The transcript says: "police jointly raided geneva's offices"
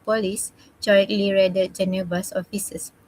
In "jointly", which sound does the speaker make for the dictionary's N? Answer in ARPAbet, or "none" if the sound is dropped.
none